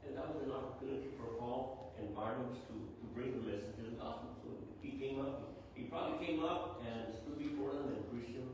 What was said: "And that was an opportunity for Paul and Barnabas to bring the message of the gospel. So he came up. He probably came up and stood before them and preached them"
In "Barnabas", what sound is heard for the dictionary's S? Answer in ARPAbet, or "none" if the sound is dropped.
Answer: none